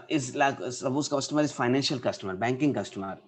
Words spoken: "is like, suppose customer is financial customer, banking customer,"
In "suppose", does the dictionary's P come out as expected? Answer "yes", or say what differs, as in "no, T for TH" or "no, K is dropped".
no, B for P